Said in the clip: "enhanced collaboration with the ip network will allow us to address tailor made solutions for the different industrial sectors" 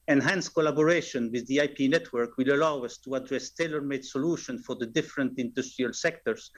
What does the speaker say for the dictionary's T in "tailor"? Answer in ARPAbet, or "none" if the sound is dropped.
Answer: T